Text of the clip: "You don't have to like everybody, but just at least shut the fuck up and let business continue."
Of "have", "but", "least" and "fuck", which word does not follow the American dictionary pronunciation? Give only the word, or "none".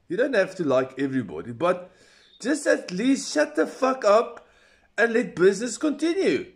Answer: have